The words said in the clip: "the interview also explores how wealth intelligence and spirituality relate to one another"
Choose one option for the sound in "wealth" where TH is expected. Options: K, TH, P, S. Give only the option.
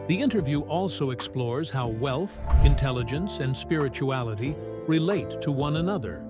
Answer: TH